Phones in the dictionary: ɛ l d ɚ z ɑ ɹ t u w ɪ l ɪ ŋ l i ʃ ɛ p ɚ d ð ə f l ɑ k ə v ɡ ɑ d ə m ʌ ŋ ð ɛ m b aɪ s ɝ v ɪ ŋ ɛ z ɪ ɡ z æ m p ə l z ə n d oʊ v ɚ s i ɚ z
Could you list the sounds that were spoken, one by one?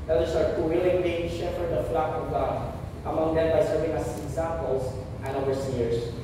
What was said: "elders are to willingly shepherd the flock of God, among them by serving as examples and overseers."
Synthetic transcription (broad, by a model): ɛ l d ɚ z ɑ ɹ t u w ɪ l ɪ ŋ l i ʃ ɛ f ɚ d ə f l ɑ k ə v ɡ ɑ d ə m ʌ ŋ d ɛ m b aɪ s ɝ v ɪ ŋ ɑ s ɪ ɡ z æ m p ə l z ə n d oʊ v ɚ s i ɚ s